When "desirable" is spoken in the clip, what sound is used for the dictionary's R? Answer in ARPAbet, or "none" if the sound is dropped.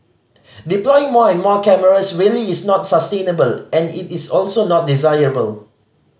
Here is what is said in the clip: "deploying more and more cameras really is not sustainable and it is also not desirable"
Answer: R